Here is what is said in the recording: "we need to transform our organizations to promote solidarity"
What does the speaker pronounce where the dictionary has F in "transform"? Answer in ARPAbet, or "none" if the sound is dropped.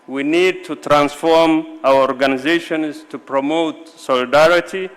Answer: F